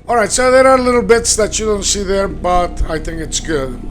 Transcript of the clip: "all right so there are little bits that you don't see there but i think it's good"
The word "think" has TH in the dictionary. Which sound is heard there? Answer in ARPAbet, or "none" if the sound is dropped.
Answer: TH